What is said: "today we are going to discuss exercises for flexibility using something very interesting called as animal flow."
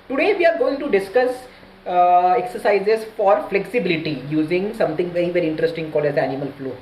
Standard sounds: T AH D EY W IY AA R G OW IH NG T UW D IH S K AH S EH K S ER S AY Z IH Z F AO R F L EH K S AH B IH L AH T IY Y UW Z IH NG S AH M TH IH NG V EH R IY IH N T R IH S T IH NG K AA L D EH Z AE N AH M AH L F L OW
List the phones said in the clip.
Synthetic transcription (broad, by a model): T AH D EY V IY AA R G OW IH NG T UW D IH S K AH S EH K S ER S AY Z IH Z F AO R F L EH K S AH B IH L AH T IY Y UW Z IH NG S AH M T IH NG V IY R IY IH N T R IH S T IH NG K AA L EH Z AE N AH M AH L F L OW